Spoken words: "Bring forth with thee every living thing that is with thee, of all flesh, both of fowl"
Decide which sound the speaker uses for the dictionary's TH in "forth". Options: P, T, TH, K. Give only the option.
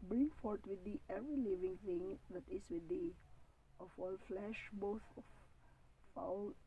T